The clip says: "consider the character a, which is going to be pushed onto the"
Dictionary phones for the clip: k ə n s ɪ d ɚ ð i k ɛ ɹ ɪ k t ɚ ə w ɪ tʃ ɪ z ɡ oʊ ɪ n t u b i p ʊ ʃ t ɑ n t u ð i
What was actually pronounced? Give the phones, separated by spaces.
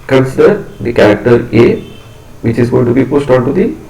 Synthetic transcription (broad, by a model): k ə n s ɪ d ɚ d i k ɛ ɹ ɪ k t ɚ ə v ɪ tʃ ɪ z ɡ oʊ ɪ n t u b i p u s t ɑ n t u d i